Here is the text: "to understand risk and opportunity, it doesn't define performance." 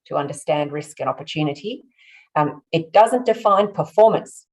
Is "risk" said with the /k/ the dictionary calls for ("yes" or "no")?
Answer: yes